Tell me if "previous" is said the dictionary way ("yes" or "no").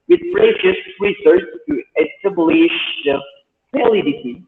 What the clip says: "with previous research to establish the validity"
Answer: no